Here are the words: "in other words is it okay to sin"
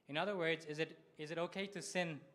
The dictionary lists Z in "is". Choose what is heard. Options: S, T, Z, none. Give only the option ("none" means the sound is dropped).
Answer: Z